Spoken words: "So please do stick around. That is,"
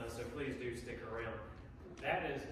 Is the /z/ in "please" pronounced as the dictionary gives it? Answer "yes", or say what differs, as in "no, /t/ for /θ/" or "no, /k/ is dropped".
yes